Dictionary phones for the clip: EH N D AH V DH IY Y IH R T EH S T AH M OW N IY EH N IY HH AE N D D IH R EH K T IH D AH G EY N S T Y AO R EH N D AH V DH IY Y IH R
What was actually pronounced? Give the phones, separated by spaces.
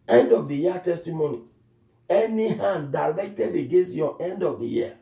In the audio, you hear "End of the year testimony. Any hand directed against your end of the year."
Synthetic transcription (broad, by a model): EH N D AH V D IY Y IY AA T EH S T AH M OW N IY EH N IY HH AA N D D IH L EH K T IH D AH G EY N S T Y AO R EH N D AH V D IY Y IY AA